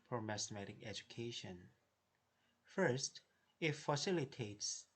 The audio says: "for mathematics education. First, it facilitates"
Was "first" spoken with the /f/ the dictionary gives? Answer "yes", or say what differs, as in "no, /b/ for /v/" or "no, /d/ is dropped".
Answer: yes